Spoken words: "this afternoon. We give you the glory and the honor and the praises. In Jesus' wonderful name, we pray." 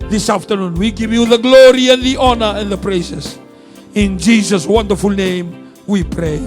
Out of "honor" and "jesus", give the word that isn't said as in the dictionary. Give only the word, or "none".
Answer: none